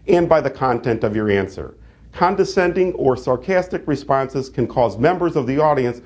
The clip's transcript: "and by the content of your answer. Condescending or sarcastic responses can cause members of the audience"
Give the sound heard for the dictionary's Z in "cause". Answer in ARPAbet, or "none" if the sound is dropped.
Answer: Z